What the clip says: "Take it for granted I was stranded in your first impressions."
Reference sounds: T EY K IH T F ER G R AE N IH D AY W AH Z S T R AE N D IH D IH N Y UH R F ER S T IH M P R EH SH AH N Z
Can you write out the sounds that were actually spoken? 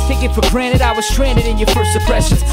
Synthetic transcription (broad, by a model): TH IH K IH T F ER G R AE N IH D AY W AH Z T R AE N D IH D IH N Y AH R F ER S IH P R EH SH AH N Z